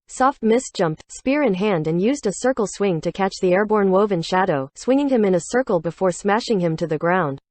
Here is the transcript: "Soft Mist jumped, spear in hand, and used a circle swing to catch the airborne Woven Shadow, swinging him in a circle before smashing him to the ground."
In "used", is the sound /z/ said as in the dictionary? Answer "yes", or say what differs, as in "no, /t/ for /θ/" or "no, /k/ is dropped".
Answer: yes